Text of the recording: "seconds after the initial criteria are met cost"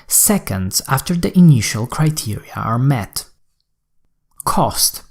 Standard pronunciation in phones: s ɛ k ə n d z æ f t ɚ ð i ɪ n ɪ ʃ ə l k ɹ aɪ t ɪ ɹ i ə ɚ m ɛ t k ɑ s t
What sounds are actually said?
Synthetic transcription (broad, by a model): s ɛ k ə n d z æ f t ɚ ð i ɪ n ɪ ʃ ə l k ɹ aɪ t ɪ ɹ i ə ɚ m ɛ t k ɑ s t